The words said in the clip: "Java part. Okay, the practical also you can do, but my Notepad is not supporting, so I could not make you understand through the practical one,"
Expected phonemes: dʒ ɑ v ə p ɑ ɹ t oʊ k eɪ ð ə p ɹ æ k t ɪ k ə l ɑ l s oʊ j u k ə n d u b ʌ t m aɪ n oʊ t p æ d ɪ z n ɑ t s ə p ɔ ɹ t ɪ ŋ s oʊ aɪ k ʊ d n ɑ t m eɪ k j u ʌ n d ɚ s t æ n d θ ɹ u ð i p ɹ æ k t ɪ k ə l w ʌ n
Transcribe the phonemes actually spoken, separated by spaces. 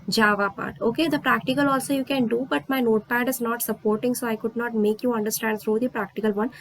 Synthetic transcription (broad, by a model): dʒ ɑ v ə p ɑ ɹ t oʊ k eɪ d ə p ɹ æ k t ɪ k ə l ɑ l s oʊ j u k ə n d u b ʌ t m aɪ n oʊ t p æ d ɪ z n ɑ t s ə p ɔ ɹ t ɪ ŋ s oʊ aɪ k ʊ d n ɑ t m eɪ k j u ʌ n d ɚ s t æ n d s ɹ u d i p ɹ æ k t ɪ k ə l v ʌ n